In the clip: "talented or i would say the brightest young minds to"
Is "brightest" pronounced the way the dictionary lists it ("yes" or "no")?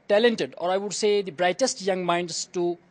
yes